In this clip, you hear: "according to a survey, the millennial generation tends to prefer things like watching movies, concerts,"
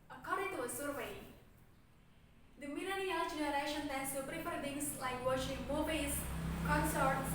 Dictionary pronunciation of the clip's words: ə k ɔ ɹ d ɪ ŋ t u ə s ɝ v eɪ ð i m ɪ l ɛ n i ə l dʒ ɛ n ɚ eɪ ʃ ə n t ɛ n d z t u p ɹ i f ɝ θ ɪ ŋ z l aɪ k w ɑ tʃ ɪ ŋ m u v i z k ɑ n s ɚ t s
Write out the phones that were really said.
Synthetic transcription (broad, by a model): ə k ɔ ɹ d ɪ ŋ t u ə s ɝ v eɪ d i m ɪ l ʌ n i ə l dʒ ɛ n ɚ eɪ ʃ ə n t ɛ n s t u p ɹ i p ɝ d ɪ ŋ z l aɪ k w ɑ ʃ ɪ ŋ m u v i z k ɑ n s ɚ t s